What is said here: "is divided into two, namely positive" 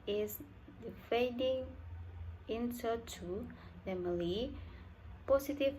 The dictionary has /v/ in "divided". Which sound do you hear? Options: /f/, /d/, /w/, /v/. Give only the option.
/f/